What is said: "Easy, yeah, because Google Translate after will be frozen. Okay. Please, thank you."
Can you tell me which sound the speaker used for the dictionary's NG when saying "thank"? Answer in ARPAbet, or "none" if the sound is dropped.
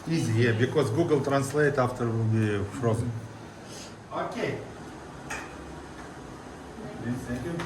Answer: none